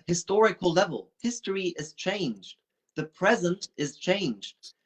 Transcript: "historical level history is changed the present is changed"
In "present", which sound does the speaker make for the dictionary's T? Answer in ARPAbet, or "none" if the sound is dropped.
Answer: T